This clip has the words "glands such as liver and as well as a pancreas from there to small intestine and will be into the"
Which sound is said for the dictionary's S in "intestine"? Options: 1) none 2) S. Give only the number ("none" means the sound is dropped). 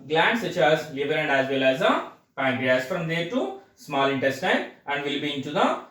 2